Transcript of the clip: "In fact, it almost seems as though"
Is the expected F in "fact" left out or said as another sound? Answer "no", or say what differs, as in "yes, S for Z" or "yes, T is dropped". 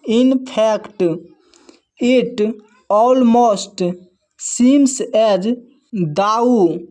yes, P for F